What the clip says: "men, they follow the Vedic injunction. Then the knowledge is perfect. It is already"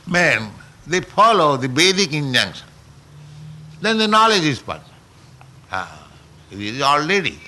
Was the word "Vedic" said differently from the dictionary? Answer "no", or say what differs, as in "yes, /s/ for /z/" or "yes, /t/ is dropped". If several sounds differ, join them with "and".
yes, /b/ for /v/